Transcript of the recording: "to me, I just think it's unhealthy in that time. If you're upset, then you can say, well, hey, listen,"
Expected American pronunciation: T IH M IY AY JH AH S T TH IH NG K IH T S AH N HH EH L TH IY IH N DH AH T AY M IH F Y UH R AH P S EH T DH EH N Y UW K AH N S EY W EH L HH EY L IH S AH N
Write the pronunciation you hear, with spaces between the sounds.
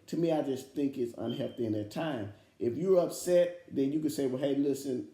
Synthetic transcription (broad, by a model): T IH M IY AY JH AH S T TH IH NG K IH T S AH N HH EH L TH IY IH N DH AH T AY M IH F Y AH R AH P S EH T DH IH N Y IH K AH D S EY W EH L HH EY L IH S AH N